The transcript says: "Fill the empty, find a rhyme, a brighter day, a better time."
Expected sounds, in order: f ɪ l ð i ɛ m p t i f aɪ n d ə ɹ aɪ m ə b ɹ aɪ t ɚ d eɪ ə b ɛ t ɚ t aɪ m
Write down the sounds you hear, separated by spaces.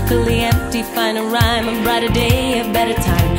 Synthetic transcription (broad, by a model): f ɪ l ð i ɛ m p t i f aɪ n ə ɹ aɪ m ə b ɹ aɪ t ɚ d eɪ ə b ɛ t ɚ t aɪ m